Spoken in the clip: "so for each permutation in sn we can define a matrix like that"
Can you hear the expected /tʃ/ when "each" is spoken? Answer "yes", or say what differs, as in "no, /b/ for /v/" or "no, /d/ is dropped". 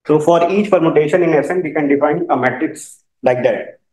yes